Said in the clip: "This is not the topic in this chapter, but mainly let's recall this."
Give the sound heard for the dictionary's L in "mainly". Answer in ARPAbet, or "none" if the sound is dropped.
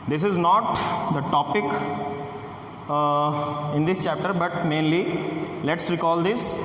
L